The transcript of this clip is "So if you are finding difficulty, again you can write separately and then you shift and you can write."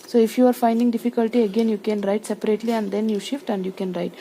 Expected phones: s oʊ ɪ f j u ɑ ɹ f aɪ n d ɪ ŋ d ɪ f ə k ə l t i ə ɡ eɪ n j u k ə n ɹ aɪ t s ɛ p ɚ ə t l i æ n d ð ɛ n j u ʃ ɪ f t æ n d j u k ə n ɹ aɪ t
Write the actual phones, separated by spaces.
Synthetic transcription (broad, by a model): s oʊ ɪ f j u ɑ ɹ f aɪ n d ɪ ŋ d ɪ f ə k ə l t i ə ɡ eɪ n j u k ə n ɹ aɪ t s ɛ p ɚ ə t l i æ n d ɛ n j u ʃ ɪ f t æ n d j u k ə n ɹ aɪ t